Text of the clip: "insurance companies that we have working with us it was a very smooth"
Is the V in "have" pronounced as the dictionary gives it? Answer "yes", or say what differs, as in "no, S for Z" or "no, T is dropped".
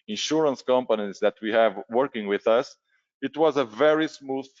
yes